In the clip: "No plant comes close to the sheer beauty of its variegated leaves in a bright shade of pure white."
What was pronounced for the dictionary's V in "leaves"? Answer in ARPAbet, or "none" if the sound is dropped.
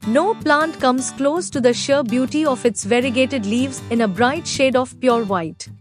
V